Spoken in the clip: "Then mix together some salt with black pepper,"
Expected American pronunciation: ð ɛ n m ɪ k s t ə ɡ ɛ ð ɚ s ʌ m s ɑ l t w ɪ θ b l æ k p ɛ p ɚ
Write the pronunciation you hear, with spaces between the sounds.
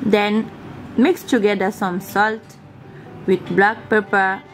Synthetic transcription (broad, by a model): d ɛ n m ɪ k s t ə ɡ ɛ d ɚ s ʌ m s ɑ l t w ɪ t b l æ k p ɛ p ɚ